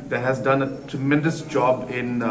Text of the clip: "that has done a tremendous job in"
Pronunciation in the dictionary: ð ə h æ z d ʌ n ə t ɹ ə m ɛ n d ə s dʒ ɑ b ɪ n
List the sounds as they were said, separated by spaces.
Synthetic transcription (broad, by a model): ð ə h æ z d ʌ n ə t ɹ ə m ɛ n d ə s dʒ ɑ b ɪ n